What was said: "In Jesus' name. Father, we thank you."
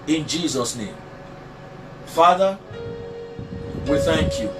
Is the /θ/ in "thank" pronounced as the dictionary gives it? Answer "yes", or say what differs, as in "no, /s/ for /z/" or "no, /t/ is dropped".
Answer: yes